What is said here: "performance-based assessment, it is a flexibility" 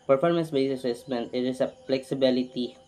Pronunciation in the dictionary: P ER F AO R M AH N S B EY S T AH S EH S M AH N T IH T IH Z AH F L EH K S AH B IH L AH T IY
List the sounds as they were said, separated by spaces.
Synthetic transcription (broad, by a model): P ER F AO R M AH N S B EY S AH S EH S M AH N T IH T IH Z AH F L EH K S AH B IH L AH T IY